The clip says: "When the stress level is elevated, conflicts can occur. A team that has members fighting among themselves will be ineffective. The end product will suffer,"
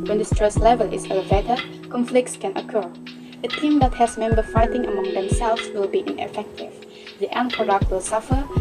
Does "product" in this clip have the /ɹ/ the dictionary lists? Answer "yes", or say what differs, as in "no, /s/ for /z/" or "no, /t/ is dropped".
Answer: no, /ɹ/ is dropped